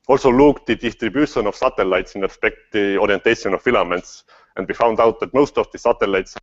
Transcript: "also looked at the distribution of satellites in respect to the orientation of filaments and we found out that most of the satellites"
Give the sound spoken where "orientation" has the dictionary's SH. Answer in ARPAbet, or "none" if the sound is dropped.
S